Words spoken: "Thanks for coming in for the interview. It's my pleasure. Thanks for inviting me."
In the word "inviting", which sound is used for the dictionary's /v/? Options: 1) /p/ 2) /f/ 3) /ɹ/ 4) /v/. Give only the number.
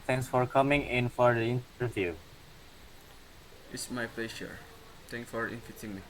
2